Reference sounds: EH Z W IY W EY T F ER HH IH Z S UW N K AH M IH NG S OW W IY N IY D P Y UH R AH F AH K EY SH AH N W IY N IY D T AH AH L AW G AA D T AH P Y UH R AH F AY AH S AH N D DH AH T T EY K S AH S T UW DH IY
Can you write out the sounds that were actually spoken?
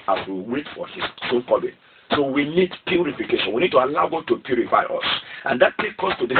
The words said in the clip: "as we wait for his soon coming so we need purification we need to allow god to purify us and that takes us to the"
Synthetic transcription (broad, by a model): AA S W IY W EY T F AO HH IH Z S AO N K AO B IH S OW W IY N IY D P Y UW R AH F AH K EY SH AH N W IY N IY D T AH AH L AW G AA D T AH P Y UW R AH F AY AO S AH N D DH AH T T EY K AO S T UW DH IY